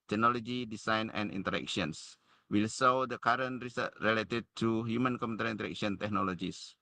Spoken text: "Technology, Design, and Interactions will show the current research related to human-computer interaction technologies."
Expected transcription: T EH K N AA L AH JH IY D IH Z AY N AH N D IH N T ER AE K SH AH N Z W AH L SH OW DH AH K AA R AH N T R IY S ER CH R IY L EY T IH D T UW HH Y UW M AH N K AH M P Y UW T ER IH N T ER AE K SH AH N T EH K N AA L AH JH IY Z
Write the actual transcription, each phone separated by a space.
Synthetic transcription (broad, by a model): T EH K N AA L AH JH IY D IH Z AY N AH N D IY N T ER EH K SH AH N S W AH L S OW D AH K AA R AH N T R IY S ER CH R IY L EY T IH D T UW HH Y UW M AH N K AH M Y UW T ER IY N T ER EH K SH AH N T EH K N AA L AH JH IY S